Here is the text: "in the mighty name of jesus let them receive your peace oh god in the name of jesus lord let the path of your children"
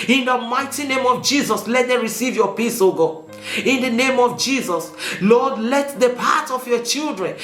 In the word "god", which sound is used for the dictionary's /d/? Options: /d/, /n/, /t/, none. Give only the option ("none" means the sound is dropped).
none